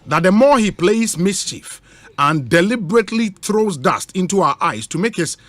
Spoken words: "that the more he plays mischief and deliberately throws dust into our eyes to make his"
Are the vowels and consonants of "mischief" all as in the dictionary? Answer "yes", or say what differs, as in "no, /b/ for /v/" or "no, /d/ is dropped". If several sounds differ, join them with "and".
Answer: yes